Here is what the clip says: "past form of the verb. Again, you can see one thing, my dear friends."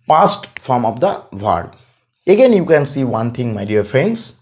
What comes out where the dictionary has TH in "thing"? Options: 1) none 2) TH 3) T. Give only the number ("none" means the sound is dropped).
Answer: 3